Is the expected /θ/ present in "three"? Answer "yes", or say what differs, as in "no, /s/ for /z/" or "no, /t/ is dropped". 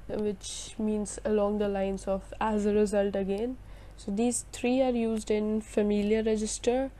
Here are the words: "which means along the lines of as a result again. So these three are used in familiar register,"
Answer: no, /t/ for /θ/